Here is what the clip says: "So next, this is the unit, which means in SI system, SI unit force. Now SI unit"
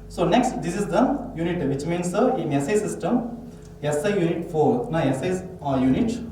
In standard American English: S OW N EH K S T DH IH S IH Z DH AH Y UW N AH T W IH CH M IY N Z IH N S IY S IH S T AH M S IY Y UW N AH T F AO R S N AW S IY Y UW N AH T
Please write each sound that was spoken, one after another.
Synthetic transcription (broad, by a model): S OW N EH K S T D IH S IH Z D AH Y UW N AH T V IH CH M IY N S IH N S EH S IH S T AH M S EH Y UW N AH T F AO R N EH S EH Y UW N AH T